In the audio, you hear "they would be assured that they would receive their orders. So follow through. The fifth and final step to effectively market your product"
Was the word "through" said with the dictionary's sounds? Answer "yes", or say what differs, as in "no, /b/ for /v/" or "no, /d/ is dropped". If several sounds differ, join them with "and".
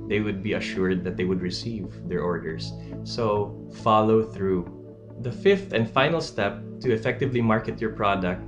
yes